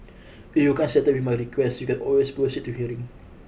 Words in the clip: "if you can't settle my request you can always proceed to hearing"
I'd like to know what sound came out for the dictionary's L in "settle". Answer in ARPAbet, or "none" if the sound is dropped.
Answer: W